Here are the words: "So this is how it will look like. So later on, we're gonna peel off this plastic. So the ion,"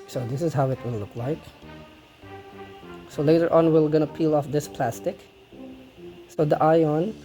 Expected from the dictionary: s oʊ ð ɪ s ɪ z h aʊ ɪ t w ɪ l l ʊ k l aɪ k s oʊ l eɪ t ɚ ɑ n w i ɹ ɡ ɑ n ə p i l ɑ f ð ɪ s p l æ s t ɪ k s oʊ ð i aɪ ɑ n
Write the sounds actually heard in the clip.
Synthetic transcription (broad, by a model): s oʊ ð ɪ s ɪ z h aʊ ɪ t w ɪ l l ʊ k l aɪ k s oʊ l eɪ t ɚ ɑ n w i l ɡ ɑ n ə p i l ɑ f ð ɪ s p l æ s t ɪ k s oʊ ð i aɪ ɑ n